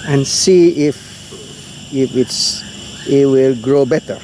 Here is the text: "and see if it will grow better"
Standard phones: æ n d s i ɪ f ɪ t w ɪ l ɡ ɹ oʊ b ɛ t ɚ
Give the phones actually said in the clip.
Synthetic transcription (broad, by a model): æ n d s i ɪ f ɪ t w ɪ l ɡ ɹ oʊ b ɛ t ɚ